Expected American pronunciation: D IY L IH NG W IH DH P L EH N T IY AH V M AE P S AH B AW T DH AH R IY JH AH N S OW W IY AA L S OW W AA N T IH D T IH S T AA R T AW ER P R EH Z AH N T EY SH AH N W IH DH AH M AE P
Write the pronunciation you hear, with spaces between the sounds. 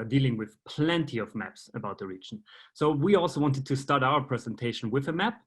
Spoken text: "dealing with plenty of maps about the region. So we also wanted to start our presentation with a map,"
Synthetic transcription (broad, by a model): D IY L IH NG W IH DH P L EH N T IY AH V M AE P S AH B AW T DH AH R IY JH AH N S OW W IY AA L S OW W AA N T IH D T IH S T AA R T AW ER P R EH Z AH N T EY SH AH N W IH DH AH M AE P